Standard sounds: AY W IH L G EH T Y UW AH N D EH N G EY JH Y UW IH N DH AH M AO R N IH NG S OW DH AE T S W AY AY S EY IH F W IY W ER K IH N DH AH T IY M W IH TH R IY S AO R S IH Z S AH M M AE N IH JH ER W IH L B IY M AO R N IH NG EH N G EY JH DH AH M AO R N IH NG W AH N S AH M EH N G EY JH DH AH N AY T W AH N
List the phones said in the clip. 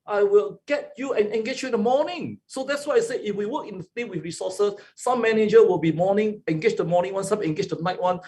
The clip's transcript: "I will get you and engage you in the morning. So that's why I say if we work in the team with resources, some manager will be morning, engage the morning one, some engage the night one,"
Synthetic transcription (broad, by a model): AY W IH L G EH T Y UW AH N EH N G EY CH Y UW IH N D AH M AO N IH NG S OW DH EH T S W AY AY S EY IH F W IY W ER K IH N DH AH S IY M W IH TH R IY S AO S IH S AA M M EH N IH JH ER W IH L B IY M AO N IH NG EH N G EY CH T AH M AO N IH NG W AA N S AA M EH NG G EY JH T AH N AY T W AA N